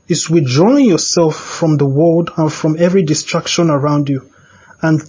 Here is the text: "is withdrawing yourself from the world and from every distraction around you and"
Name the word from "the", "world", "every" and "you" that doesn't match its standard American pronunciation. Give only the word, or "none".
none